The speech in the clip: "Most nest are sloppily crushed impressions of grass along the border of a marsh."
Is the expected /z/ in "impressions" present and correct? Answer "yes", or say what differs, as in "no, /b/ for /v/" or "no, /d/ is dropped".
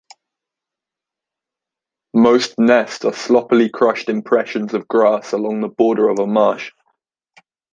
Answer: yes